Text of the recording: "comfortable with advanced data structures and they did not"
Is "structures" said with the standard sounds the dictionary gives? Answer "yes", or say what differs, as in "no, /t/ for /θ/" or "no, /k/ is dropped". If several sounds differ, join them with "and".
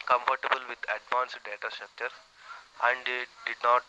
no, /z/ is dropped